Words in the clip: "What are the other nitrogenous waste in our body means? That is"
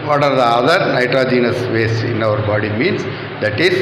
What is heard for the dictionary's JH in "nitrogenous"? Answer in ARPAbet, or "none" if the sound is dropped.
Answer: JH